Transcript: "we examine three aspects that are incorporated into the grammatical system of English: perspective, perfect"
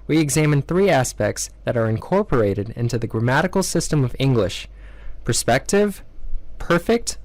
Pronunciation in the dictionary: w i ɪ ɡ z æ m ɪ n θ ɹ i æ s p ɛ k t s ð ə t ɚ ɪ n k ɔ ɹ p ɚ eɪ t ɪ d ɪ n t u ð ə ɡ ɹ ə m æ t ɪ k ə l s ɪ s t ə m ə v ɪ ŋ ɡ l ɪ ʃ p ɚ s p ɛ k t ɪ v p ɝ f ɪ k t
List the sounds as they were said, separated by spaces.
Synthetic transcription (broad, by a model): w i ɪ ɡ z æ m ɪ n θ ɹ i æ s p ɛ k t s ð ə t ɚ ɪ n k ɔ ɹ p ɚ eɪ t ɪ d ɪ n t u ð ə ɡ ɹ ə m æ t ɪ k l s ɪ s t ə m ə v ɪ ŋ ɡ l ɪ ʃ p ɚ s p ɛ k t ɪ v p ɝ f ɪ k t